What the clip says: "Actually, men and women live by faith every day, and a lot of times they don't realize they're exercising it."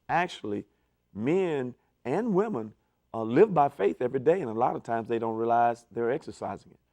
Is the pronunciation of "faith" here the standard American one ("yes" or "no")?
yes